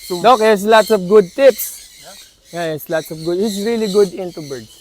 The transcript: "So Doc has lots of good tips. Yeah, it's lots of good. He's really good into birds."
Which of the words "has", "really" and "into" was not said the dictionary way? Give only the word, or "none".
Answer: has